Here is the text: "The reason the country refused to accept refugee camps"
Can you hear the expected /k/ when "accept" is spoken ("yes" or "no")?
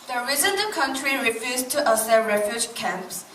no